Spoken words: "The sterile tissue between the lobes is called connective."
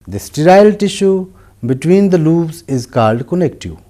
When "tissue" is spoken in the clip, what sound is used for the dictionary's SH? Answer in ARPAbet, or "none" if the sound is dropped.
SH